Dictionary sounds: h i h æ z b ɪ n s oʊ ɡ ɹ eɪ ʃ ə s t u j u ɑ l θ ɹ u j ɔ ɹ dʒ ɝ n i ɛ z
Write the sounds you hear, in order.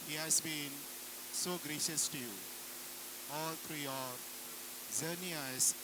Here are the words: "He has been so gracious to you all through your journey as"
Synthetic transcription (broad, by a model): h i h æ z b ɪ n s oʊ ɡ ɹ eɪ ʃ ə s t u j u ɑ l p ɹ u j ɔ ɹ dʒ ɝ n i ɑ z